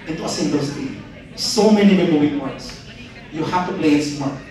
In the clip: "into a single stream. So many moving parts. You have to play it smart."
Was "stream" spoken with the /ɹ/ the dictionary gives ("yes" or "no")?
no